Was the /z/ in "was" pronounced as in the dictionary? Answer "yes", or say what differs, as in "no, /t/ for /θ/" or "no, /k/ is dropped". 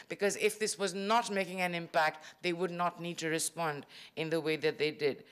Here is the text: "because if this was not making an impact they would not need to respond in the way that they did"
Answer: yes